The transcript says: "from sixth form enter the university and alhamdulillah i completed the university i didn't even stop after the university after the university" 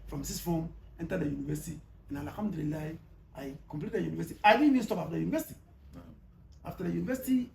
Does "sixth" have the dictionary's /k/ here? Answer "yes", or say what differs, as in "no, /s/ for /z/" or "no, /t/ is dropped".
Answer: no, /k/ is dropped